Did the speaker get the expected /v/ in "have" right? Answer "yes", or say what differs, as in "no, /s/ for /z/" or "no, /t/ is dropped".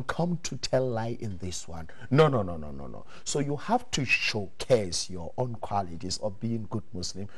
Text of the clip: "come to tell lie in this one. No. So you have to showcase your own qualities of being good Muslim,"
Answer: no, /f/ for /v/